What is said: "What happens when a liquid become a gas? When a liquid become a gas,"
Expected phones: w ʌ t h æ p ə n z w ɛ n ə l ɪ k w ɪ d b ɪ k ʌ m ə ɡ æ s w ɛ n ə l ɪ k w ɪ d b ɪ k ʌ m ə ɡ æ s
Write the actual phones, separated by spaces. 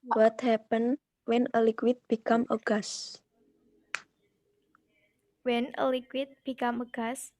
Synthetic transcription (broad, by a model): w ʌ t h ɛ p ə n w ɛ n ə l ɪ k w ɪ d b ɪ k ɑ m ə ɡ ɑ s w ɛ n ə l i k w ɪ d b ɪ k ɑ m ə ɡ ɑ s